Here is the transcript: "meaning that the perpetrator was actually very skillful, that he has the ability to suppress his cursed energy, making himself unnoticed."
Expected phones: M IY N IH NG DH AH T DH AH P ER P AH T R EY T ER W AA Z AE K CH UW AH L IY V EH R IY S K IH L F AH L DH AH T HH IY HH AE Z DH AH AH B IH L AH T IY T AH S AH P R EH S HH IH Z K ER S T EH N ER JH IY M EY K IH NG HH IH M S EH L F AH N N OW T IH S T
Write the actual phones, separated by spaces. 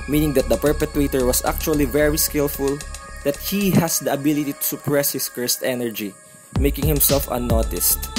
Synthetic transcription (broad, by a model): M IY N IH NG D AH T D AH P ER P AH T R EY T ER W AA S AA K CH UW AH L IY V EH R IY S K IH L F AH L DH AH T HH IY HH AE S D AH AH B IH L AH T IY T AH S AH P R EH S HH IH S K ER S T EH N ER JH IY M EY K IH NG HH IH M S EH L F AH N N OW T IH S T